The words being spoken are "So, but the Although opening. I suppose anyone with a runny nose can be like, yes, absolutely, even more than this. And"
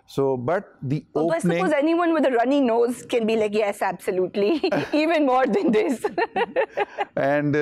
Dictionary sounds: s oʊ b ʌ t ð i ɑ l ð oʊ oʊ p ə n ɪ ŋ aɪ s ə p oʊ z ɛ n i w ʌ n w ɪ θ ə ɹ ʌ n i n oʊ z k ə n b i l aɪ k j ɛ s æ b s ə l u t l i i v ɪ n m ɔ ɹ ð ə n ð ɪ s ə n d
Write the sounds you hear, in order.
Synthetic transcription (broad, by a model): s oʊ b ʌ t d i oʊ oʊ ə ɪ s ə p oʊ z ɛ n i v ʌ n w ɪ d ə ɹ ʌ n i n oʊ z k ə n b i l aɪ k j ɛ s æ b s ə l u t l i i v ɪ n m ɔ ɹ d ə n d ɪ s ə n d